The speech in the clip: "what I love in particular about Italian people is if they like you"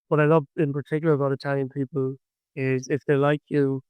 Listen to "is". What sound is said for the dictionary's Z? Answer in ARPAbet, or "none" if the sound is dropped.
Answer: Z